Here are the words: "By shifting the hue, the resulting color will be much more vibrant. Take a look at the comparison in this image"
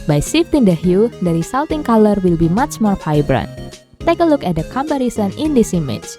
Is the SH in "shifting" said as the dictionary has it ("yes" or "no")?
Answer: no